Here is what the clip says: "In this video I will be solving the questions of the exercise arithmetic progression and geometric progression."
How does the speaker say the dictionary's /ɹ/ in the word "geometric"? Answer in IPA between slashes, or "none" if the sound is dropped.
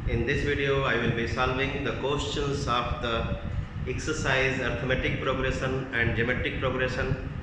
none